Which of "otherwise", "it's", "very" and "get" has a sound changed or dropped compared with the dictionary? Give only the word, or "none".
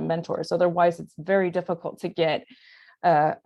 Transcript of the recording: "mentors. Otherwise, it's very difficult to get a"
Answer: none